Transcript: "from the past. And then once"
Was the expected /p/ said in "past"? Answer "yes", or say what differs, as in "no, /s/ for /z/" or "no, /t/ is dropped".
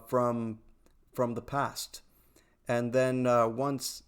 yes